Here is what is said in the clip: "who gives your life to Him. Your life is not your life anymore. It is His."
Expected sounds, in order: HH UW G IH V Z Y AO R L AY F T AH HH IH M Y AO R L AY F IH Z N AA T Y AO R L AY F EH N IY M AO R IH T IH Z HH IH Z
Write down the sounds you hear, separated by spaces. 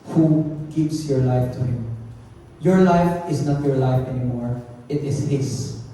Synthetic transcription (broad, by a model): HH UW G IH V S Y AO R L AY F T AH HH IH M Y AO R L AY F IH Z N AA T Y AO R L AY F EH N IY M AO R IH T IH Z HH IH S